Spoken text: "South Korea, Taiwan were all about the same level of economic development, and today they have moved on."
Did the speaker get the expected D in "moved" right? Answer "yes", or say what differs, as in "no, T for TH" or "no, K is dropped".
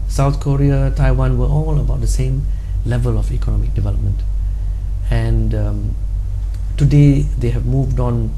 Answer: yes